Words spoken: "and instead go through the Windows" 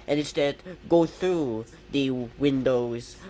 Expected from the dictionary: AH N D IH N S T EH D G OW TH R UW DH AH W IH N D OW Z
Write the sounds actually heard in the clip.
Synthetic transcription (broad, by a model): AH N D IH N S T EH D G OW TH R UW DH AH W IH N D OW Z